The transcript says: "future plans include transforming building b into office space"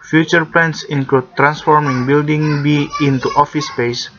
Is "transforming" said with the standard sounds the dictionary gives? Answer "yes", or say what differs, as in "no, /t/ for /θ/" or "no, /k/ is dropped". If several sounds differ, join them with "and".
yes